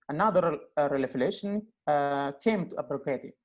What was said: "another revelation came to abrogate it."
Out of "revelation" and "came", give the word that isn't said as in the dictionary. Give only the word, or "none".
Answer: revelation